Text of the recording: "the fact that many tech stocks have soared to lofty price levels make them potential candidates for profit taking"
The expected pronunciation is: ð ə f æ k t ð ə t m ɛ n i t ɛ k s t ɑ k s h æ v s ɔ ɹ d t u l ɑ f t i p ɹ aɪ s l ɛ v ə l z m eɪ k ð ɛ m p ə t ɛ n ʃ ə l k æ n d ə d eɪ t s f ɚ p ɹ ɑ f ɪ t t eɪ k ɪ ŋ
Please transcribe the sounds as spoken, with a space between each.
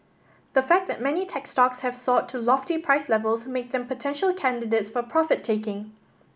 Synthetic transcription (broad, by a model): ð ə f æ k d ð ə t m ɛ n i t ɛ k s t ɑ k s h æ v s ɔ t u l ɑ f t i p ɹ aɪ s l ɛ v ə l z m eɪ k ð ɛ m p ə t ɛ n ʃ ə l k æ n d ə d eɪ t s f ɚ p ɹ ɑ f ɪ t t eɪ k ɪ ŋ